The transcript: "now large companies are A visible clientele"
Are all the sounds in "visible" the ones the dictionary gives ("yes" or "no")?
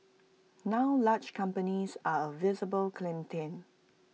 yes